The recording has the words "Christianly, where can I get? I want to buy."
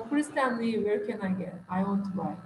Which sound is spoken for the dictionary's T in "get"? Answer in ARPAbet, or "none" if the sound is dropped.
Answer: none